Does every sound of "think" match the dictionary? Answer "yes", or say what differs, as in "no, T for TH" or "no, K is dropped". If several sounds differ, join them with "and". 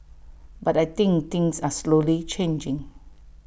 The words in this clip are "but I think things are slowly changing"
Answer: no, T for TH